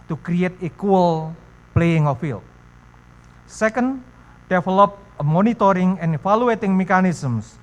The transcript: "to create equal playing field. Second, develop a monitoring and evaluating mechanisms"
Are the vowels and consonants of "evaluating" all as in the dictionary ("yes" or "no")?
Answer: no